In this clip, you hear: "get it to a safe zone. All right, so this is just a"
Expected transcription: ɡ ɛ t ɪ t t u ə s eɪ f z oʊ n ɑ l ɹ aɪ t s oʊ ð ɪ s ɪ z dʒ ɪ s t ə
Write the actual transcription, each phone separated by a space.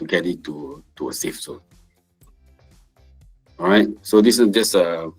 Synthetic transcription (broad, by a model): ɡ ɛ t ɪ t t u ə s eɪ f s oʊ ɑ ɹ aɪ t s oʊ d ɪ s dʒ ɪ s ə